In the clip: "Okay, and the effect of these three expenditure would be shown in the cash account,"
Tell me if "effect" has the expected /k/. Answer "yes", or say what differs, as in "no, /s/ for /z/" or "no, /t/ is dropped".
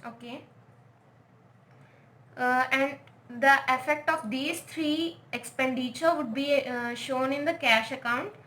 yes